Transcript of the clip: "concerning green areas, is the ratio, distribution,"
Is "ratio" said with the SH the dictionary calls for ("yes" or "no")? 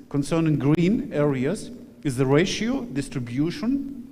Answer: yes